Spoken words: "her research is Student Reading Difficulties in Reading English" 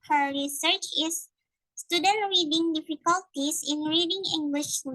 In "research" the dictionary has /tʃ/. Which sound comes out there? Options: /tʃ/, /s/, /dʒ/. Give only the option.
/tʃ/